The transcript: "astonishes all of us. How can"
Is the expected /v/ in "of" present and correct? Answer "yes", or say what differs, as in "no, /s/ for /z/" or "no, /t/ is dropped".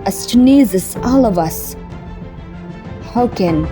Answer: yes